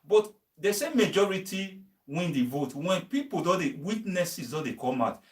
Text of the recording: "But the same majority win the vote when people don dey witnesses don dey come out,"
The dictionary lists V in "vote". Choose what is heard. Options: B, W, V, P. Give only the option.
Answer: V